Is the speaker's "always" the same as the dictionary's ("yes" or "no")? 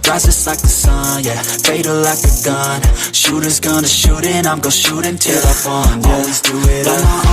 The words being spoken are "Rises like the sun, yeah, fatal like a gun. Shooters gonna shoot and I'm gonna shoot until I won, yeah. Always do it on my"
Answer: yes